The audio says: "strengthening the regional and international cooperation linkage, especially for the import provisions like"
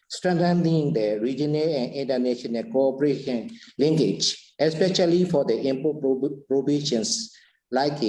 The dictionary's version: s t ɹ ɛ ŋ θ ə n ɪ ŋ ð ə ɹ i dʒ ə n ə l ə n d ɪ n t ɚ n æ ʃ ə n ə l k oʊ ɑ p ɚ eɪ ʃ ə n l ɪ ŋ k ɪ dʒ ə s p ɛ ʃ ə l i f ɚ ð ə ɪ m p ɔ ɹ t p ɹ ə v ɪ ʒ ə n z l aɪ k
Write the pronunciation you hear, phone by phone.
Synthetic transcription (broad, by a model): s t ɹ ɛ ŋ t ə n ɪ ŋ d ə ɹ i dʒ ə n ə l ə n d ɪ n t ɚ n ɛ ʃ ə n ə n k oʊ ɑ p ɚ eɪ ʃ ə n l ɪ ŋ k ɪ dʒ ə s p ɛ ʃ ə l i f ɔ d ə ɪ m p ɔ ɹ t p ɹ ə b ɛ ʃ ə n s l aɪ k